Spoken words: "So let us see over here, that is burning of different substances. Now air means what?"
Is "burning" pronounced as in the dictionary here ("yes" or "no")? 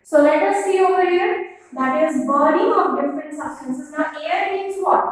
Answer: no